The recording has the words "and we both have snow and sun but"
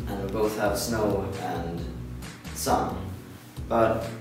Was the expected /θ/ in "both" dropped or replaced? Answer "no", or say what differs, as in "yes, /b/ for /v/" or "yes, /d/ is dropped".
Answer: no